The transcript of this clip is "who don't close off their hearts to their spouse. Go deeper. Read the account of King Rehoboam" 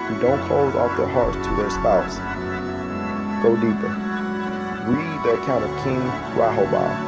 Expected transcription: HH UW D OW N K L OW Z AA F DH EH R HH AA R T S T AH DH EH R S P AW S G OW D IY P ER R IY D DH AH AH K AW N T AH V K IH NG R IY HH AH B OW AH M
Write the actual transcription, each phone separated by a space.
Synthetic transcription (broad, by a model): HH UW D OW N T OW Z AA F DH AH R HH AA R T S T AH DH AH R S P AW S G OW D IY P ER W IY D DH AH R K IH N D AH V K IH NG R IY HH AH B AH